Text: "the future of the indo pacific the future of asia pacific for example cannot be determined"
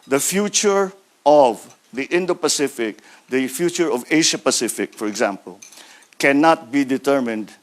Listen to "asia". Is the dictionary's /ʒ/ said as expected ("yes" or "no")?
no